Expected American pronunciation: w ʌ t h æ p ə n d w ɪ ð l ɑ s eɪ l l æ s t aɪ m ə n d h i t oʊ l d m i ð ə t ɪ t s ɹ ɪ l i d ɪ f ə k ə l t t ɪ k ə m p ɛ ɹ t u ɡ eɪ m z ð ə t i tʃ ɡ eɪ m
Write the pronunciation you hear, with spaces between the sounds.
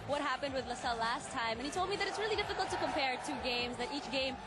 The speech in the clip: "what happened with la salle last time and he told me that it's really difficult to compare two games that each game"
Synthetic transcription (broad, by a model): w ʌ t h æ p ə n d w ɪ ð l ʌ s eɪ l l æ s t aɪ m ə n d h i t oʊ l d m i ð ə t ɪ t s ɹ ɪ l i d ɪ f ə k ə l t t ɪ k ə m p ɛ ɹ t u ɡ eɪ m z ð ə t i tʃ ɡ eɪ m